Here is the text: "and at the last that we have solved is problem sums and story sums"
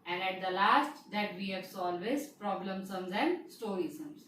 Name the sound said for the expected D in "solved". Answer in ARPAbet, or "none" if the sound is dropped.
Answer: none